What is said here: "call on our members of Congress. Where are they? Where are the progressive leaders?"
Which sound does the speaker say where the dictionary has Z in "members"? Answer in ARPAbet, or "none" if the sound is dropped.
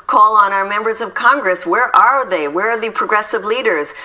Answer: Z